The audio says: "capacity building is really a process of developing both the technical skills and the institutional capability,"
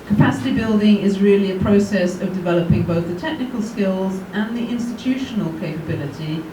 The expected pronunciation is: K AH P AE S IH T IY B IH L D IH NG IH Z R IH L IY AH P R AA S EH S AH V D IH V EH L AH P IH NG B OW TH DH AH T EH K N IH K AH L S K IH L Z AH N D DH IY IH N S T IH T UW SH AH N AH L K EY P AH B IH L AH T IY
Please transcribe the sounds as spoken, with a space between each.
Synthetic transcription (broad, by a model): K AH P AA S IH T IY B IH L D IH NG IH Z R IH L IY AH P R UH S EH S AH V D IH V EH L AH P IH NG B OW TH DH AH T EH K N IH K AH L S K IH L Z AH N DH IY IH N S T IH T UW SH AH N AH L K EY P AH B IH L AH T IY